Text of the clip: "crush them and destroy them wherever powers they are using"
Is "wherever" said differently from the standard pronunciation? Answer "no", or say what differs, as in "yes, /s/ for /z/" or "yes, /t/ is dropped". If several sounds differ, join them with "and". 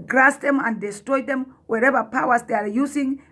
no